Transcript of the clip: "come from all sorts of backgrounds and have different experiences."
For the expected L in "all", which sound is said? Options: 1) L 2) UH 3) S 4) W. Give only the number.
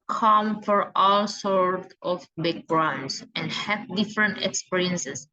1